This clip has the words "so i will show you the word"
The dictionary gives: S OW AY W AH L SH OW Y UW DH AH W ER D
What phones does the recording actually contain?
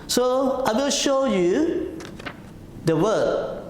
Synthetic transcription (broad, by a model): S OW AY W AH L SH OW Y UW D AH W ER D